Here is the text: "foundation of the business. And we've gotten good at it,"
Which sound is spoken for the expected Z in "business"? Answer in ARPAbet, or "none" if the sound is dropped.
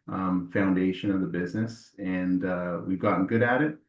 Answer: Z